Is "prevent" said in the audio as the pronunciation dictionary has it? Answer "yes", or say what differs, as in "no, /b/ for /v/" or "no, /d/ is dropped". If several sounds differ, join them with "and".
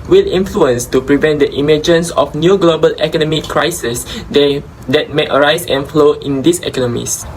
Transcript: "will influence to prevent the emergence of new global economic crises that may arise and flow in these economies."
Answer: yes